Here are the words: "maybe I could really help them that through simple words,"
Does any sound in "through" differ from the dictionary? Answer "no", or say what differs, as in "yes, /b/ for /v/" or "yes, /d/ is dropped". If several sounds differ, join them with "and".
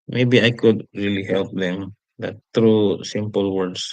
yes, /t/ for /θ/